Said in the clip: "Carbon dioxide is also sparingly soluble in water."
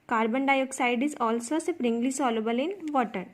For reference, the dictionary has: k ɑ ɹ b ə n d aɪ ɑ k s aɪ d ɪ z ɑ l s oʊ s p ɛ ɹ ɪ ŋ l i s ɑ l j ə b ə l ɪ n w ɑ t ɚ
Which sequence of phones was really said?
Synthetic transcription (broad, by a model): k ɑ ɹ b ə n d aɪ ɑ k s aɪ d ɪ z ɑ l s oʊ s p ɹ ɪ ŋ l i s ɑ l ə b ə l ɪ n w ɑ t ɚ